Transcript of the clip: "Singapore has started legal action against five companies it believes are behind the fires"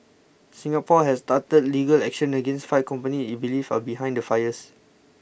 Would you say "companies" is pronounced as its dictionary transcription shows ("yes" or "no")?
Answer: no